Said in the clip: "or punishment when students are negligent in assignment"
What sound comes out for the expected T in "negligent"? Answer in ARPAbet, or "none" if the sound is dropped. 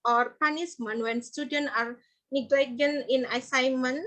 none